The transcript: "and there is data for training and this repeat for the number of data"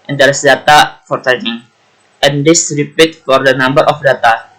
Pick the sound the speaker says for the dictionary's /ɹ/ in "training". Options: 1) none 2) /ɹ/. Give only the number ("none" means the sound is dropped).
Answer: 1